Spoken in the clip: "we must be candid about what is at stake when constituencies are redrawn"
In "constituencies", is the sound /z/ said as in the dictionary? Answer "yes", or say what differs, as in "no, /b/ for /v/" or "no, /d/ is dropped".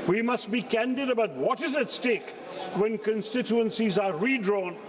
yes